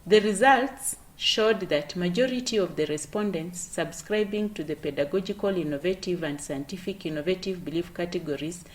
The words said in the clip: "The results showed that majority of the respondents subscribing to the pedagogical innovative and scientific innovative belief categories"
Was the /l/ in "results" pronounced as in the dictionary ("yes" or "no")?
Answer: yes